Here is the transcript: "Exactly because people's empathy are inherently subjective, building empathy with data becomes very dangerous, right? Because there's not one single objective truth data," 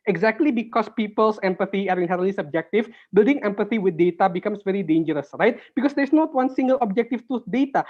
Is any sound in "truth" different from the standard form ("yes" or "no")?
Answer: yes